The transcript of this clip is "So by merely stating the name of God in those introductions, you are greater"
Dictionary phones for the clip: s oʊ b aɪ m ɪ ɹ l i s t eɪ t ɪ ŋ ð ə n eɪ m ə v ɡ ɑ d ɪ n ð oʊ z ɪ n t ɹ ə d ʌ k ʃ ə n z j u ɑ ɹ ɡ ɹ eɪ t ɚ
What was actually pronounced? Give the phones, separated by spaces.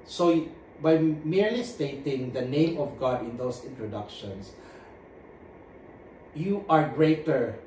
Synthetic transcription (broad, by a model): s oʊ b aɪ m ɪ ɹ l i s t eɪ t ɪ ŋ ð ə n eɪ m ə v ɡ ɑ d ɪ n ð oʊ s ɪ n t ɹ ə d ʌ k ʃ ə n s j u ɑ ɹ ɡ ɹ eɪ t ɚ